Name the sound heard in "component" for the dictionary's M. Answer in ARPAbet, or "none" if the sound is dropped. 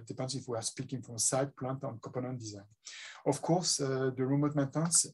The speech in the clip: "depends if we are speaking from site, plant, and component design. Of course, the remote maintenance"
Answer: none